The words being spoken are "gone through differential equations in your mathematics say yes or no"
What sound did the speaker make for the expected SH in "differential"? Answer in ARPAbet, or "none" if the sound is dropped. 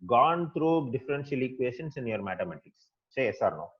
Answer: S